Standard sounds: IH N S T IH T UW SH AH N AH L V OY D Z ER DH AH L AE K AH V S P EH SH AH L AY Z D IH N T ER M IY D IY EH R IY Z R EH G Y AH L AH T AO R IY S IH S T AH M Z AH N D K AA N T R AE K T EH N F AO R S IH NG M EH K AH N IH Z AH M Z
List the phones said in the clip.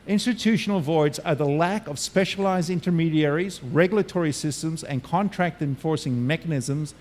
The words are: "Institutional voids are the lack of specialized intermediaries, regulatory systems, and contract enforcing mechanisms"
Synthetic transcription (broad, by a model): IH N S T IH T UW SH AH N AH L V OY D Z ER DH AH L AE K AH V S P EH SH AH L AY Z D IH N T ER M IY D IY EH R IY Z R EH G Y L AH T AO R IY S IH S T AH M Z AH N K AA N T R AE K T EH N F AO R S IH NG M EH K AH N IH Z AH M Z